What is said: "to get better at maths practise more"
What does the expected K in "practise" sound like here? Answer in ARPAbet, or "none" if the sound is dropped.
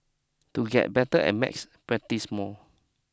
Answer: none